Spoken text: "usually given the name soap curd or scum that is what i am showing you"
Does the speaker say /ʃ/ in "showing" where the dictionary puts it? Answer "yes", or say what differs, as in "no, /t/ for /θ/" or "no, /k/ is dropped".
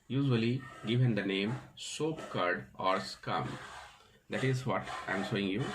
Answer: no, /s/ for /ʃ/